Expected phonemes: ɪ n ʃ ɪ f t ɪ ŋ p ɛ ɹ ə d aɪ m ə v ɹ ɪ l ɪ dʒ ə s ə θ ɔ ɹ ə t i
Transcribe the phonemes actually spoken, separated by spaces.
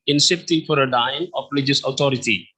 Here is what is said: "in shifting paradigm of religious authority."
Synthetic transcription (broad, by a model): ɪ n s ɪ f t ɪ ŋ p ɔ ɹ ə d aɪ ə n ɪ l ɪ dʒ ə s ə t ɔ ɹ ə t i